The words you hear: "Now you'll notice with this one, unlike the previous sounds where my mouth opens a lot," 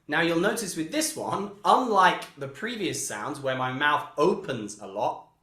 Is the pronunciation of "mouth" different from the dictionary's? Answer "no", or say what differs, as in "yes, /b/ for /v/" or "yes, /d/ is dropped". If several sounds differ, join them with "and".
no